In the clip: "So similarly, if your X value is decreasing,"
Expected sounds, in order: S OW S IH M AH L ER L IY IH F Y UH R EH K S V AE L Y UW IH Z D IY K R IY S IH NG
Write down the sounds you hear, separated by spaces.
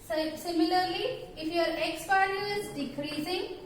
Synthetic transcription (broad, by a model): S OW S IH M AH L ER L IY IH F Y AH R EH K S P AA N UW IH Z D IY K R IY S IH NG